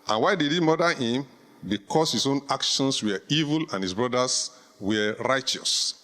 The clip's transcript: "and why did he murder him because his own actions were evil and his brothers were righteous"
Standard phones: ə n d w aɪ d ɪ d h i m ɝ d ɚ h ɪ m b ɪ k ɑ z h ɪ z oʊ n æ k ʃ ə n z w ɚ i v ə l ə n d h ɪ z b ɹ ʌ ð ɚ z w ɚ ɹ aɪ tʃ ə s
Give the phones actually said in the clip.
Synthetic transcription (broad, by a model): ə n w aɪ d ɪ d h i m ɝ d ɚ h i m b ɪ k ɑ s h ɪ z oʊ n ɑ k ʃ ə n s w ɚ i v ə l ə n h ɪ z b ɹ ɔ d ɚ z w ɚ ɹ aɪ tʃ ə s